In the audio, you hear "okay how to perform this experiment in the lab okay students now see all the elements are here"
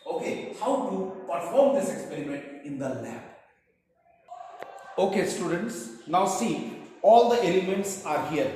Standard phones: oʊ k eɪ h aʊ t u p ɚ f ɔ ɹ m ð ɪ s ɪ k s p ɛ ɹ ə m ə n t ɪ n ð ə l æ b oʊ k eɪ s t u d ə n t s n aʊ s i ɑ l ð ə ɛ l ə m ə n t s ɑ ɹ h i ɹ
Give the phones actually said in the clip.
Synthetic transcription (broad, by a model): oʊ k eɪ h aʊ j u p ɚ f ɔ ɹ m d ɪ s ɪ k s p ɛ ɹ ə m ə n t ɪ n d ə l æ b oʊ k eɪ s t u d ə n t s n aʊ s i ɑ l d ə ɛ l ə m ə n t s ɑ ɹ h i ɹ